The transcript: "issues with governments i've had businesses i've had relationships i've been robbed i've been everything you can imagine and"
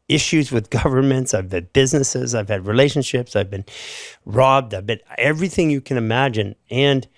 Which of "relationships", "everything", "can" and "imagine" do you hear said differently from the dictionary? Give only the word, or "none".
none